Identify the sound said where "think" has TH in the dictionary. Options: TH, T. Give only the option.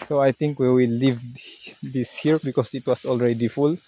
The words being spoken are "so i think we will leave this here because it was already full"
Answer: T